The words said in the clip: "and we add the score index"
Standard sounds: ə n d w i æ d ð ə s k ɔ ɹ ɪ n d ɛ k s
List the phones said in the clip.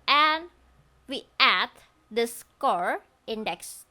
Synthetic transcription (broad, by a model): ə n w i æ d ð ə s k ɔ ɹ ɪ n d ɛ k s